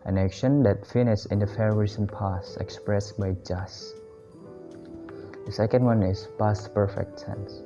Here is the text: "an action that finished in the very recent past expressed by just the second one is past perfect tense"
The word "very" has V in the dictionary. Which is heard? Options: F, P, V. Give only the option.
F